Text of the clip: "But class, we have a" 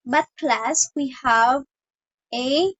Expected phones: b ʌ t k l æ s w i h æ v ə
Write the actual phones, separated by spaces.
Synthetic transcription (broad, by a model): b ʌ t k l æ s w i h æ v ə